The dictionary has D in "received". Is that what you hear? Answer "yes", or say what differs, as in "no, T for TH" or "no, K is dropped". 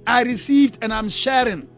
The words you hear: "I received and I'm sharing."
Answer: yes